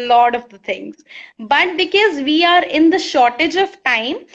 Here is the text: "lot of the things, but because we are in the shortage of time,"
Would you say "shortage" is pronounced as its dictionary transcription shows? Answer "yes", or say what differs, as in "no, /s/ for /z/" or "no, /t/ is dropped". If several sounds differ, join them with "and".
yes